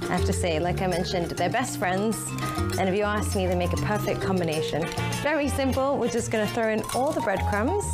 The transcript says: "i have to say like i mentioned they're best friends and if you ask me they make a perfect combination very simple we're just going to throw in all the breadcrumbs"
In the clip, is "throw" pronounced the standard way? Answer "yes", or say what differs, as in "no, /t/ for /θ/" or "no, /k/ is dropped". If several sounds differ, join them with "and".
yes